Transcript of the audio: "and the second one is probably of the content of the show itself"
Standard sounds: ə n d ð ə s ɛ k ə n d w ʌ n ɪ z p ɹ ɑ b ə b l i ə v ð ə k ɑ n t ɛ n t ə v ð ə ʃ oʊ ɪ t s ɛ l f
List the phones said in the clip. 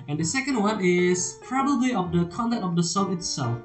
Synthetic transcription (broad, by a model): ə n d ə s ɛ k ə n d w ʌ n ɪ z p ɹ ɑ b ə b l i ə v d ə k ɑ n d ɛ t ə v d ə s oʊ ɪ t s ɛ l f